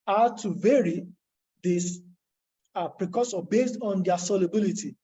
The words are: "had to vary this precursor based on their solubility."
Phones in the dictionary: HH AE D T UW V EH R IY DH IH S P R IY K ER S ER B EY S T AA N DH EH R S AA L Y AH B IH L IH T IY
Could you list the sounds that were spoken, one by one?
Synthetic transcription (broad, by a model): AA T UW V EH R IY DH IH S P R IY K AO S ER B EY S T AA N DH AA S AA L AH B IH L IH T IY